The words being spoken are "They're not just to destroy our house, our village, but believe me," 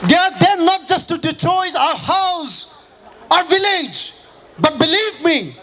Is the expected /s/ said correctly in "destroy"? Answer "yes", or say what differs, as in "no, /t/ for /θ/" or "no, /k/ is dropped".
no, /s/ is dropped